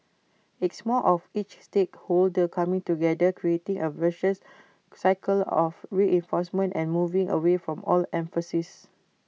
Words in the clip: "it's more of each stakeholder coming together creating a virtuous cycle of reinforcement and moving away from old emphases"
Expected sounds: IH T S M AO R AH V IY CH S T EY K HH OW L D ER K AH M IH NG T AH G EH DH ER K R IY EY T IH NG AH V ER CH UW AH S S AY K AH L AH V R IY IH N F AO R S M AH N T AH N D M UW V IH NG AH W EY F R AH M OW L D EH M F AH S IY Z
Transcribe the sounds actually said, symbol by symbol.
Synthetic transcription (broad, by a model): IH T S M AO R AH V IY CH S T EY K HH OW L D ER K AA M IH NG T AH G EH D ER K R IY EY T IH NG AH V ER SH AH S S AY K AH L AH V R IY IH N F AO S M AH N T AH N M UW V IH NG AH W EY F R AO M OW L EH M F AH S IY S